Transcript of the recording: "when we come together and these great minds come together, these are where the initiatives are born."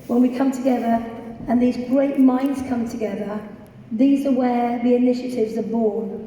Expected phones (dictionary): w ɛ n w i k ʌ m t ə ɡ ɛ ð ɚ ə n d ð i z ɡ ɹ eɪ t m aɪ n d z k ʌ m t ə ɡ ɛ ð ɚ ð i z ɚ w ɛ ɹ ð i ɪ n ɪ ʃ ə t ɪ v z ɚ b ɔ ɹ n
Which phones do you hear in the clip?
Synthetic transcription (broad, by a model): w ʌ n w i k ʌ m t ə ɡ ɛ ð ɚ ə n ð i z ɡ ɹ eɪ t m aɪ n d z k ʌ m t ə ɡ ɛ ð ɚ ð i z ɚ w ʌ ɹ ð i ɪ n ɪ ʃ ə t ɪ v z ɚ b ɔ n